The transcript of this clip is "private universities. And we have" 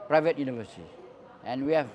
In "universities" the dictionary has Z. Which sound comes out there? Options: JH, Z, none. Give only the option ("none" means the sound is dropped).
none